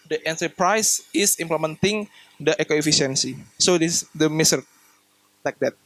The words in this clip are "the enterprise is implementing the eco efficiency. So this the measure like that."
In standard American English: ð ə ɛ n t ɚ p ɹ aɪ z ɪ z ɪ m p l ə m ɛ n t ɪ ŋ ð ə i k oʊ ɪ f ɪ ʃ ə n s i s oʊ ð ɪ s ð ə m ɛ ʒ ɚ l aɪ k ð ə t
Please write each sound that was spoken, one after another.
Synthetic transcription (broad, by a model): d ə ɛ n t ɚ p ɹ aɪ s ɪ s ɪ m p l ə m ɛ n t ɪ ŋ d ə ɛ k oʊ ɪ f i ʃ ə n s i s oʊ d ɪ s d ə m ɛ s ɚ l aɪ k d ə t